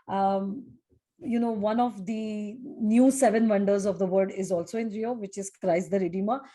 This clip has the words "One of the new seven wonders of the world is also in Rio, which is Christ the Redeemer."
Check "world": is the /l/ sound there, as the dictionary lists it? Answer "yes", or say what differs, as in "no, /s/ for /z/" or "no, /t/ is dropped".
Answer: no, /l/ is dropped